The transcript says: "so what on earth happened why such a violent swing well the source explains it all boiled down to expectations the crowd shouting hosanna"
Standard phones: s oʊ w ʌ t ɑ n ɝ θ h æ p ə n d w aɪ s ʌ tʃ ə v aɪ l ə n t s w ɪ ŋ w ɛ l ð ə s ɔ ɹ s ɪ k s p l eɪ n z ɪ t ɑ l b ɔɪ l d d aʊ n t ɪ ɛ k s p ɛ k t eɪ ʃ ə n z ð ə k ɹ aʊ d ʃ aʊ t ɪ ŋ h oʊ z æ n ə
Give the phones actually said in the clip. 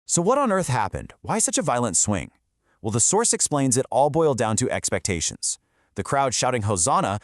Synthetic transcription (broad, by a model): s oʊ w ʌ t n ɝ θ h æ p ə n d w aɪ s ʌ tʃ ə v aɪ l ə n t s w ɪ ŋ w ɛ l ð ə s ɔ ɹ s ɪ k s p l eɪ n z ɪ t ɑ l b ɔɪ l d d aʊ n t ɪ ɛ k s p ɛ k t eɪ ʃ ə n z ð ə k ɹ aʊ d ʃ aʊ t ɪ ŋ h oʊ z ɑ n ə